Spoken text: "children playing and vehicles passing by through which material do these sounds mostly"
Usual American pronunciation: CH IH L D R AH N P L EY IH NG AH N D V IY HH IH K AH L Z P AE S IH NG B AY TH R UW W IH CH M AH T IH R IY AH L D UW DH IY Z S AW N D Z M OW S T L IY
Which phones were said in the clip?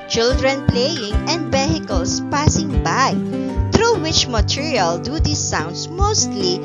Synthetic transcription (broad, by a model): CH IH L D R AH N P L EY IH NG AH N D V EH HH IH K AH L S P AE S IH NG B AY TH R UW W IH CH M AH T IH R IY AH L D UW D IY S AW N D S M OW S T L IY